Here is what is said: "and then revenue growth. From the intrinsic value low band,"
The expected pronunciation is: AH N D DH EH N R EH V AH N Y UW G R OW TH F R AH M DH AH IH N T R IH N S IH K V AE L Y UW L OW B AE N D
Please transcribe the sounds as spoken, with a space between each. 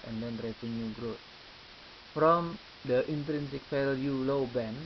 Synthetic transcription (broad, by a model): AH N D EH N R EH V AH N Y UW G R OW T F R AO M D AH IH N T R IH N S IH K F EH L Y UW L OW B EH N